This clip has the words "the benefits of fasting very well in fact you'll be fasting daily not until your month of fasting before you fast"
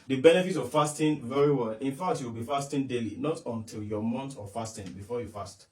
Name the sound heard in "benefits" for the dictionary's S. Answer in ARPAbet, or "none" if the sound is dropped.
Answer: none